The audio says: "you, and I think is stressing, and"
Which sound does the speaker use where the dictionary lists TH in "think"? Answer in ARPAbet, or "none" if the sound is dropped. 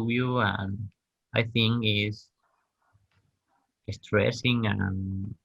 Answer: TH